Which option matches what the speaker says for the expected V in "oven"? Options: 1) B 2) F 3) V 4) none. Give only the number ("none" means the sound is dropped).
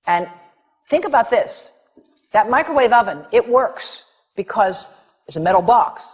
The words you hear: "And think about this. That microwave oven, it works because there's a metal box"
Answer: 3